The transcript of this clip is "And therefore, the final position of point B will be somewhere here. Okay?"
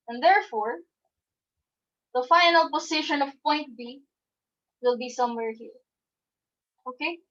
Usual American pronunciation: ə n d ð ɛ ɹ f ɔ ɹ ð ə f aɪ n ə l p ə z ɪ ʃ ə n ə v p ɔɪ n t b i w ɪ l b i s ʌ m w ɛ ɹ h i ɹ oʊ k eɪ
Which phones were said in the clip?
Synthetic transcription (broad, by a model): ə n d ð ɛ ɹ f ɔ ɹ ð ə f aɪ n ə l p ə s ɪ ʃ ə n ə v p ɔɪ n t b i w ɪ l b i s ʌ m w ɛ ɹ h i ɹ oʊ k eɪ